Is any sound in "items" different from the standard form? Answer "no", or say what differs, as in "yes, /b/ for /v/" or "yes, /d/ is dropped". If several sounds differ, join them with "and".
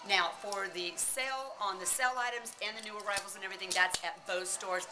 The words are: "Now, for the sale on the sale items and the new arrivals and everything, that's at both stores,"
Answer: no